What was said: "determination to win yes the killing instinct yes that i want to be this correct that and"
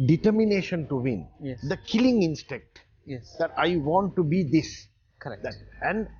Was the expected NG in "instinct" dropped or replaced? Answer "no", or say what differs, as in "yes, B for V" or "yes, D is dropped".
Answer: yes, NG is dropped